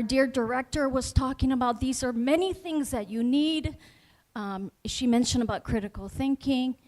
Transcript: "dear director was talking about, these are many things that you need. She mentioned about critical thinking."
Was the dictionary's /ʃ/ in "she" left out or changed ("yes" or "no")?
no